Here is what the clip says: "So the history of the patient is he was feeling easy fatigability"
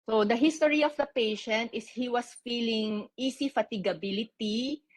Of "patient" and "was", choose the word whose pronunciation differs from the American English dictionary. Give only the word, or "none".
was